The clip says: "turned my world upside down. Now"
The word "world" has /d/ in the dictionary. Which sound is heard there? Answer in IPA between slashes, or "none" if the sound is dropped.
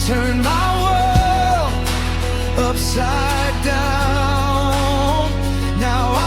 none